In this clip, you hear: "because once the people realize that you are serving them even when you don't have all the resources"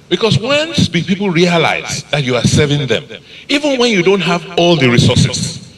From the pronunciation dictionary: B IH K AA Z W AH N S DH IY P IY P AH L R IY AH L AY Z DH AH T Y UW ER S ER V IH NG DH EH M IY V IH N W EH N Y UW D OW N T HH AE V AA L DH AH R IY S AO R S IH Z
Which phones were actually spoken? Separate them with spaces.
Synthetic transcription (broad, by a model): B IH K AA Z W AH N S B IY P IY P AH L R IY AH L AY Z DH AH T Y UW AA S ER V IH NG DH EH M IY V IH N W EH N Y UW D OW N T HH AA V AA L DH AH R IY S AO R S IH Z